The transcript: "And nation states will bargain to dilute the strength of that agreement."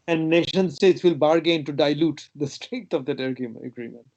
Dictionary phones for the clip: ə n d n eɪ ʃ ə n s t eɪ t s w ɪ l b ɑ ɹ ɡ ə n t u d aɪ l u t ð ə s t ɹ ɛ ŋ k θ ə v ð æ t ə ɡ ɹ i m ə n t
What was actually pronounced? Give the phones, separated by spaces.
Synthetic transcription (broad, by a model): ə n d n eɪ ʃ ə n s t eɪ t s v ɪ l b ɑ ɹ ɡ ə n t u d aɪ l u t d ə s t ɹ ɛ ŋ k t ə v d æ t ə ɡ ɹ i m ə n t